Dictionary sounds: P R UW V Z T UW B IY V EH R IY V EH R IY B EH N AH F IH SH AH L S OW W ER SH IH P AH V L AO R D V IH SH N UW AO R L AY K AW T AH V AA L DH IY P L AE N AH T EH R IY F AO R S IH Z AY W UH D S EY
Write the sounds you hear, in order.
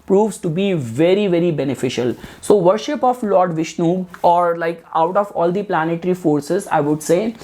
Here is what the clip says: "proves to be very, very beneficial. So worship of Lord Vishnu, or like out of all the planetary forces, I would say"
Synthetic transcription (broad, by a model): P R UW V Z T UW B IY V EH R IY V EH R IY B EH N AH F IH SH AH L S OW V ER SH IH P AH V L AO R D V IH SH N UW AO R L AY K AW T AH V AA L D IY P L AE N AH T R IY F AO R S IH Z AY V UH D S EY